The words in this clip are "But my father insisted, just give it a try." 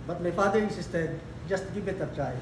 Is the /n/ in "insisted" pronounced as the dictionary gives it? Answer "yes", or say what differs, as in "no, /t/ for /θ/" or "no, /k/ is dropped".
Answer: no, /n/ is dropped